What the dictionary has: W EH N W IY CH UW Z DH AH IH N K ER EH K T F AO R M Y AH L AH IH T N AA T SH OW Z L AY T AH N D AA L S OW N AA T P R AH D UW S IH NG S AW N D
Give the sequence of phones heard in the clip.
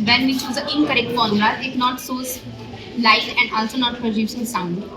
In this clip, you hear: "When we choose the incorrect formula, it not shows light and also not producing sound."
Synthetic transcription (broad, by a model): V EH N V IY CH UW Z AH IH N K ER EH K T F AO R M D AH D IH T N AA T S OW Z L AY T AH N D AA L S OW N AA T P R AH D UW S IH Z S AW N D